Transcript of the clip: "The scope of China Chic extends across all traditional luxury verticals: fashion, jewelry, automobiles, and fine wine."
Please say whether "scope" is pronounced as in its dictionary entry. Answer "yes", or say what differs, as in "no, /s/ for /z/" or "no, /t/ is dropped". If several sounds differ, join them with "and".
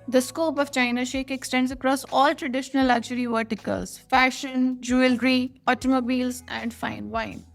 yes